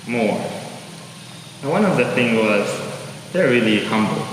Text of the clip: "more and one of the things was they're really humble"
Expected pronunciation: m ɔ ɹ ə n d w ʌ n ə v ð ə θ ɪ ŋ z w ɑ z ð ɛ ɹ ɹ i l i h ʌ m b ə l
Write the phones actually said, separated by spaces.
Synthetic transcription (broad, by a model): m ɔ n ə w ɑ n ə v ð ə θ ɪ ŋ w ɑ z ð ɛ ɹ ɹ i l i h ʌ m b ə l